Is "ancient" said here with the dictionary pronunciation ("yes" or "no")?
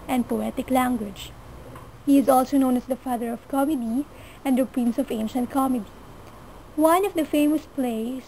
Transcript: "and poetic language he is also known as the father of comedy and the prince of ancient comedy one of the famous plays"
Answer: yes